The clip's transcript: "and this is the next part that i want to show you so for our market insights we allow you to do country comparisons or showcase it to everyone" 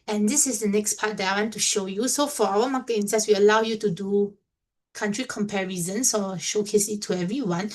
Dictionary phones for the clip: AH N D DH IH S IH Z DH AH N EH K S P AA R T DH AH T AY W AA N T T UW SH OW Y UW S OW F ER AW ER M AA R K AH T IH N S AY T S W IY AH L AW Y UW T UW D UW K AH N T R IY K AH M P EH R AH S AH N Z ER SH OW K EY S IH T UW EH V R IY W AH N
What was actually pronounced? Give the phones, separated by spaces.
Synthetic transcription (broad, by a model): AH N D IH S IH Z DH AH N EH K S P AA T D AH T AY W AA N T T UW SH OW Y UW S OW F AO AW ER M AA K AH IH N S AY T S W IY AH L AW Y UW T UW D UW K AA N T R IY K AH M P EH R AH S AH N S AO SH OW K EY S IH T UW EH V R IY W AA N